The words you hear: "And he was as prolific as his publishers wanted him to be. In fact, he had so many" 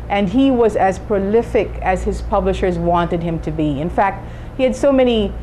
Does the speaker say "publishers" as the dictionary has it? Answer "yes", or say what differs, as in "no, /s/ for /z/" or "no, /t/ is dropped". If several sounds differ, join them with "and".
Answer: yes